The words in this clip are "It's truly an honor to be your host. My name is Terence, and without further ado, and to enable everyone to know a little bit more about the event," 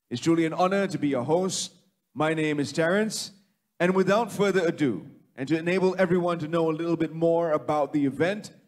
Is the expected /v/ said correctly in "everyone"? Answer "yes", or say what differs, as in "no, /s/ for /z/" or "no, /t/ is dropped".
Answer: yes